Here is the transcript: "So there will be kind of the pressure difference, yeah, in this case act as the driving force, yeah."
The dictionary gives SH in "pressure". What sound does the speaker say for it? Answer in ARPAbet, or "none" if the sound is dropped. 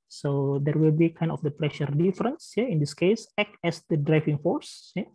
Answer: SH